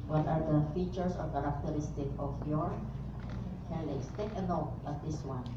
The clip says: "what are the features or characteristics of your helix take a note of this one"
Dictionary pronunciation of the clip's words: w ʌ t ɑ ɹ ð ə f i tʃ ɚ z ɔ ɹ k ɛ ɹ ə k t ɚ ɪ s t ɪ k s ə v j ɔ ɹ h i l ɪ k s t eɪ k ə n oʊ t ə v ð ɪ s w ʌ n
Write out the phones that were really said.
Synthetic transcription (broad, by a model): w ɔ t ɑ ɹ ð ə f i tʃ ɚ s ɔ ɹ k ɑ ɹ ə k t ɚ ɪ s t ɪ k ə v j ɔ ɹ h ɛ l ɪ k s t eɪ k ə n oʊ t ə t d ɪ s w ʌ n